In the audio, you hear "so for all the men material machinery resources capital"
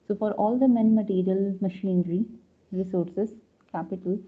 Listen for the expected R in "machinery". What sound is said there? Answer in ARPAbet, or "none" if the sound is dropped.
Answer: R